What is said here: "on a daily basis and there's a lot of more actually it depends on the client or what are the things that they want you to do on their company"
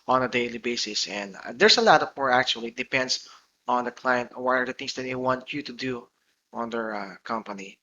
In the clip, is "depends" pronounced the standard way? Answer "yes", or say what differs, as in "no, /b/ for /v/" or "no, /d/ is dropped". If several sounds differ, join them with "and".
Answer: no, /s/ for /z/